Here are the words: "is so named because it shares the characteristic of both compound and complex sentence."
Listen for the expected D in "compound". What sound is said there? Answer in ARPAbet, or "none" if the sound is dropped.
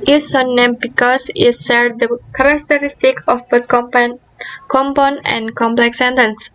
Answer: none